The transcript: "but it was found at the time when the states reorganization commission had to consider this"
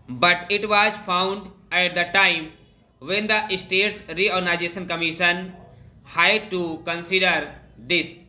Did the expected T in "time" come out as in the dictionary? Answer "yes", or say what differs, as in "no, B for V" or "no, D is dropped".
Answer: yes